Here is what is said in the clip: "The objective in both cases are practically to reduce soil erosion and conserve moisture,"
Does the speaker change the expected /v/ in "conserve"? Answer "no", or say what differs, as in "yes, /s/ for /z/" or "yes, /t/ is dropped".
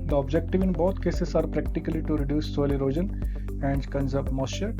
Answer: yes, /p/ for /v/